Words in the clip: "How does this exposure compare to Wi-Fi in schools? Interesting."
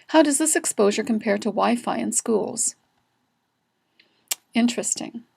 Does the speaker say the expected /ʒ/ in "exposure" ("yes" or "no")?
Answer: yes